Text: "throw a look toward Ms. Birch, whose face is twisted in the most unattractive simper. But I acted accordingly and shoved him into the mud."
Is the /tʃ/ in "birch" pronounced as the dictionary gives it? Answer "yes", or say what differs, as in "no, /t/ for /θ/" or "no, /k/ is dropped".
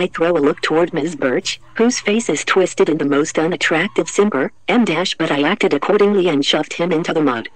yes